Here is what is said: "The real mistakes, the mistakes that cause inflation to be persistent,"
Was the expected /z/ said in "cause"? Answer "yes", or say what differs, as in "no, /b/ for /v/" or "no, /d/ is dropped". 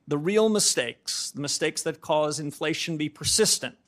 yes